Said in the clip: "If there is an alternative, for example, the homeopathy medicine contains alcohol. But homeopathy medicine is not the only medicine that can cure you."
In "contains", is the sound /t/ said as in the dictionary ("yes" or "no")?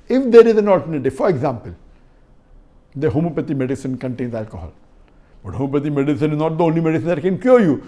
yes